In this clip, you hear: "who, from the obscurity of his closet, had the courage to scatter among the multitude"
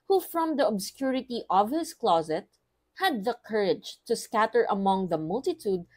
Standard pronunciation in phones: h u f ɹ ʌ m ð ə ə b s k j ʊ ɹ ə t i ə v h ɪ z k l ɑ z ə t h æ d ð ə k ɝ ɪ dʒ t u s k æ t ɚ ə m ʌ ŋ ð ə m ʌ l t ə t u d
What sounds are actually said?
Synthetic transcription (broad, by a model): h u f ɹ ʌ m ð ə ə b s k j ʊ ɹ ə t i ə v h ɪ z k l ɑ z ə t h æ d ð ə k ɝ ɪ dʒ t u s k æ t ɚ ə m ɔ ŋ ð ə m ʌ l t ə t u d